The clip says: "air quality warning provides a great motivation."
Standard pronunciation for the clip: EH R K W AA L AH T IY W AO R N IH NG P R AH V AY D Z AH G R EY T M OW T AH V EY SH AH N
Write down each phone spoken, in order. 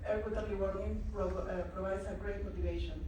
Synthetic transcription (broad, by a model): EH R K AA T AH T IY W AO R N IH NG P R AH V AY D S AH G R EY T M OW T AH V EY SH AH N